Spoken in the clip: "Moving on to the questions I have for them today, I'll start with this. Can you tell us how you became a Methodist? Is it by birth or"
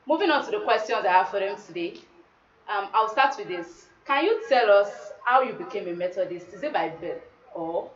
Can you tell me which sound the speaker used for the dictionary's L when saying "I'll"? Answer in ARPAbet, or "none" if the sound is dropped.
W